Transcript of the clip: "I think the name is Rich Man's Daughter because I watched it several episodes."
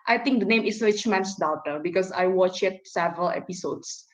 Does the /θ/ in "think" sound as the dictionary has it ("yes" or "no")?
no